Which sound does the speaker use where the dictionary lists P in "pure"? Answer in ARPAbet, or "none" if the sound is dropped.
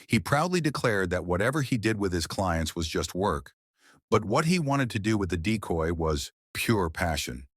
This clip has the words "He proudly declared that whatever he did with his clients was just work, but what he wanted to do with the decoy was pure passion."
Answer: P